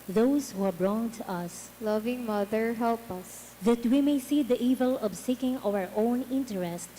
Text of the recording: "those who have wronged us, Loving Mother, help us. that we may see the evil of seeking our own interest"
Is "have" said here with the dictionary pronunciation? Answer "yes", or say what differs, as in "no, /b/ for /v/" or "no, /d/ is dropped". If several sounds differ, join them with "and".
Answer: no, /b/ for /v/